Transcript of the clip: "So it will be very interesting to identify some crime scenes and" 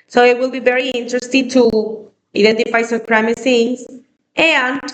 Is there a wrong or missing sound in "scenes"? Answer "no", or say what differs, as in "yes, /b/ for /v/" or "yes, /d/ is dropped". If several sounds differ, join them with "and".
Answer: yes, /θ/ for /s/